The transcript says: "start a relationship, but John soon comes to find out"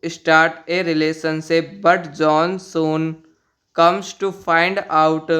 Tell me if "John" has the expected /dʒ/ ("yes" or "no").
yes